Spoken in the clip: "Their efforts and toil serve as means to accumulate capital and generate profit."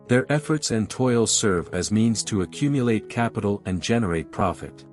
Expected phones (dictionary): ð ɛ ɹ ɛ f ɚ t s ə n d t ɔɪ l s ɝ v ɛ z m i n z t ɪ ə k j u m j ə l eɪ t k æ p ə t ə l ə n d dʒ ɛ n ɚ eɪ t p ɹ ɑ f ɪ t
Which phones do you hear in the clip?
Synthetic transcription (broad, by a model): ð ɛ ɹ ɛ f ɚ t s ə n t ɔɪ l s ɝ v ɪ z m i n z t ɪ ə k j u m j ə l eɪ t k æ p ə t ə l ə n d dʒ ɛ n ɚ eɪ t p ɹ ɑ f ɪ t